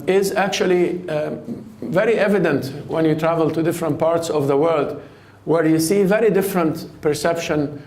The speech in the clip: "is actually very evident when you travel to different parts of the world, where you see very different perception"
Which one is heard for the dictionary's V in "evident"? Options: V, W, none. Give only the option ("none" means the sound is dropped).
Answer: V